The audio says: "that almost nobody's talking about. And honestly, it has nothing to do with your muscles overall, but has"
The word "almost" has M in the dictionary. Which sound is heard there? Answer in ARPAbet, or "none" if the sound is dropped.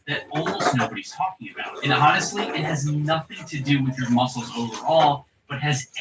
none